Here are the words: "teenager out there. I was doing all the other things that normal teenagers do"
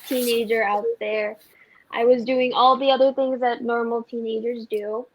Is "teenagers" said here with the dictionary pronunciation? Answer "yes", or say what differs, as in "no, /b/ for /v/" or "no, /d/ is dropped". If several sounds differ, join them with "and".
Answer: yes